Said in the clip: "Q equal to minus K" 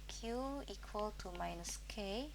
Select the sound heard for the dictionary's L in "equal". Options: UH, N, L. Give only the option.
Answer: L